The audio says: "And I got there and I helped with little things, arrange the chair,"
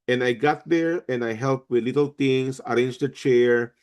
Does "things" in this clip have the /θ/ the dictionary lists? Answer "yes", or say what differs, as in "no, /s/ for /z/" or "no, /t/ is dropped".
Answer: no, /t/ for /θ/